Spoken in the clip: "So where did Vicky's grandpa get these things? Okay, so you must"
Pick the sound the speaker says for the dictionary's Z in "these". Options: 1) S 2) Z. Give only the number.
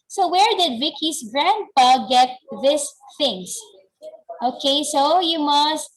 1